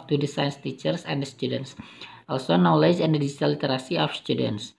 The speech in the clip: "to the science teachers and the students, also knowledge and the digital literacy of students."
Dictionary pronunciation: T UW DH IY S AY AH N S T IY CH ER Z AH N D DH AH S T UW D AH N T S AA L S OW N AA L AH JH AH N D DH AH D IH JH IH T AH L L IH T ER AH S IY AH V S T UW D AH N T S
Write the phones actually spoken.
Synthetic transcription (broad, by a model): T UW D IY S AY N S T IY CH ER S AH N D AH S T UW D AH N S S AA L S OW N AA L AH JH AH N D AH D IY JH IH T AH L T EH T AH S IY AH F S T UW D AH N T S